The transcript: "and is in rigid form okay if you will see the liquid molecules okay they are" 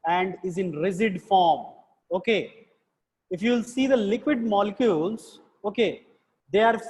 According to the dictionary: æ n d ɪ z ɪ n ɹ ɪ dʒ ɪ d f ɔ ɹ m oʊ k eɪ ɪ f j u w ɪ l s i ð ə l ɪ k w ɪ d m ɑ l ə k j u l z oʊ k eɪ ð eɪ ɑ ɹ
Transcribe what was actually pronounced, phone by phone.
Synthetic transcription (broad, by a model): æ n d ɪ z ɪ n ɹ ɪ z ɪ d f ɔ ɹ m oʊ k eɪ ɪ f j u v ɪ l s i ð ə l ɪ k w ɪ d m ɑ l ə k j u l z oʊ k eɪ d eɪ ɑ ɹ